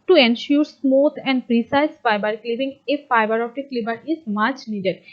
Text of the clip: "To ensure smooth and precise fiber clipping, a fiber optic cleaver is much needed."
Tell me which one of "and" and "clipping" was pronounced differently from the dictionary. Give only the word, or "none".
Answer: clipping